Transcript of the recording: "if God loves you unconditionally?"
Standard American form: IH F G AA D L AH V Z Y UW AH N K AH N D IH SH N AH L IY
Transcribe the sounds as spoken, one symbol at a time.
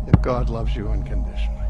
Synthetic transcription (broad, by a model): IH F G AA D L AH V Z Y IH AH N K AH N D IH SH N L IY